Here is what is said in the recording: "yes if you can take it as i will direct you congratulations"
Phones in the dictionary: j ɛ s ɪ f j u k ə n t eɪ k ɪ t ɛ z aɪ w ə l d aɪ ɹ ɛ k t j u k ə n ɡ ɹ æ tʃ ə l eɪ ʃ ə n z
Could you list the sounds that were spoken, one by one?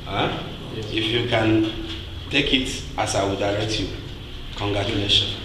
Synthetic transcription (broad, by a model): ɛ ɪ f j u k ə n t eɪ k ɪ t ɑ s aɪ w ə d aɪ l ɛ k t j u k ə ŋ ɡ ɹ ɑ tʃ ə l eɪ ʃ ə n